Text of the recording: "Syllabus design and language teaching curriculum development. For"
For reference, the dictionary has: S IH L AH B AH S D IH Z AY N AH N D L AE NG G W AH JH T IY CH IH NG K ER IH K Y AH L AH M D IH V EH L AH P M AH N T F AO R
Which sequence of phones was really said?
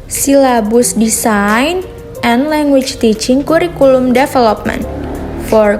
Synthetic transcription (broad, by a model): S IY L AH B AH S D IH S AY N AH N L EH NG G W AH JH T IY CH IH NG K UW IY K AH L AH M D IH F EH L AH P M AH N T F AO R